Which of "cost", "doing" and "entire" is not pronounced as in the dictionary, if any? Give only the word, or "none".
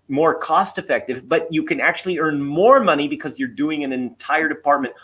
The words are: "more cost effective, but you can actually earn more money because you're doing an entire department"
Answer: none